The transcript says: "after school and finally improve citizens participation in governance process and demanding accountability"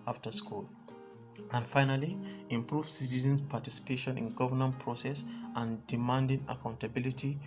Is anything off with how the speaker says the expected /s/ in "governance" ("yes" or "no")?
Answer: yes